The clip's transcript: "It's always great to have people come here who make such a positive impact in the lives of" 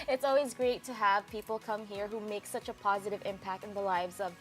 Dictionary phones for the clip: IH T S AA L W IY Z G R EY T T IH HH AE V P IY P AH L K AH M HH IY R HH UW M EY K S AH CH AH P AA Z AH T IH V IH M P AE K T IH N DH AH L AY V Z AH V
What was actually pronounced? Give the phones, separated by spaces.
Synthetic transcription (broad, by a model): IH T S AA L W IY Z G R EY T T IH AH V P IY P L K AH M HH IY R HH UW M EY K S AH CH AH P AA Z AH T IH V IH M P AE K T IH N DH AH L AY V Z AH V